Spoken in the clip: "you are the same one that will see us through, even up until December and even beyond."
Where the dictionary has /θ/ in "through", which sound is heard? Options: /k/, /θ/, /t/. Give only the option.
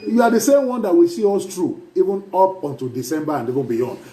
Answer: /t/